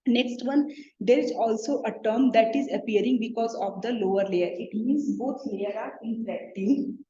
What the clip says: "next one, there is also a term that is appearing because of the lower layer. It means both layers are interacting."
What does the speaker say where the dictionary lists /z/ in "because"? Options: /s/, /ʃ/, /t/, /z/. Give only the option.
/z/